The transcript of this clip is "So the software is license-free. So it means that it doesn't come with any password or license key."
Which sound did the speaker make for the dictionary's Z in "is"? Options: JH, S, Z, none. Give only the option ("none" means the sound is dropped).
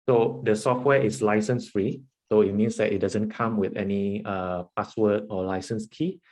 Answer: S